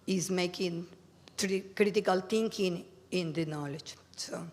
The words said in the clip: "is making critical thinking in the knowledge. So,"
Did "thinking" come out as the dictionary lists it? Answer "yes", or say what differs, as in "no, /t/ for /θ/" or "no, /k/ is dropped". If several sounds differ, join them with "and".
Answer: no, /t/ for /θ/